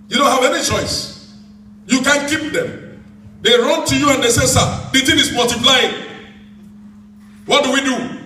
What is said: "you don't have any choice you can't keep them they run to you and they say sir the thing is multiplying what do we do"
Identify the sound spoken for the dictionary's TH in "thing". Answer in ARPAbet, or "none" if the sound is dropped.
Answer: T